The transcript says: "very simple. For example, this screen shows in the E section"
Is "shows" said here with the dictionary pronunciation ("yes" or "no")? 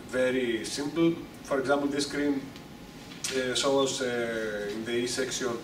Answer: no